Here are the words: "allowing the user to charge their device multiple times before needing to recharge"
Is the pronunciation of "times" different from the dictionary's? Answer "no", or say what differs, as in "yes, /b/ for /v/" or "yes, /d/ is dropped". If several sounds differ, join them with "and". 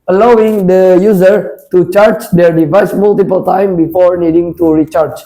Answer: yes, /z/ is dropped